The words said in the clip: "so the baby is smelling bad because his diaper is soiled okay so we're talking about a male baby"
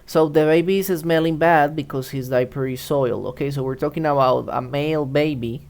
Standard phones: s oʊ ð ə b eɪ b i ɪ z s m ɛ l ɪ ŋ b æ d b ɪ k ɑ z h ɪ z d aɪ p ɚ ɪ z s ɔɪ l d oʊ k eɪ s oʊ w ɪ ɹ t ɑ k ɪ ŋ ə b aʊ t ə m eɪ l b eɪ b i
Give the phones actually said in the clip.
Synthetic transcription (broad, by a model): s oʊ ð ə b eɪ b i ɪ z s m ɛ l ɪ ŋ b æ d b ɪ k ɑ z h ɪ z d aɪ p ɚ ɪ s ɔɪ l oʊ k eɪ s oʊ w ɪ ɹ t ɑ k ɪ ŋ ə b aʊ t ə m eɪ l b eɪ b i